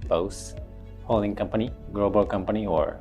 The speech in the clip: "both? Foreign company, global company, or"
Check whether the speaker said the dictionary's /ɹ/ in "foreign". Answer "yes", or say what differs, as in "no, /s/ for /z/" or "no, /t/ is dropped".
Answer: no, /l/ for /ɹ/